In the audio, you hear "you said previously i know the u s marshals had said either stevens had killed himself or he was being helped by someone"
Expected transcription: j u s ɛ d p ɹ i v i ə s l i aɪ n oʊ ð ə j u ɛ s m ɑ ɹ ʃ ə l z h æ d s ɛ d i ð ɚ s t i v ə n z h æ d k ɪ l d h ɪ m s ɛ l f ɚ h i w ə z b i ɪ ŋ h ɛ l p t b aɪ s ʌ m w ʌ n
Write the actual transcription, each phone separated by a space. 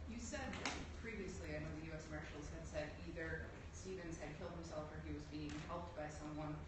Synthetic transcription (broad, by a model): j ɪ s ɛ d p ɹ i v i ə s l i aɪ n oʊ ð ə j u ɛ s m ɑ ɹ ʃ l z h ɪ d s ɛ d i ð ɚ s t i v ə n z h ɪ d k ɪ l d h ɪ m s ɛ l f ɚ i w ə z b i ɪ ŋ h ɛ l p t b aɪ s ʌ m w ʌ n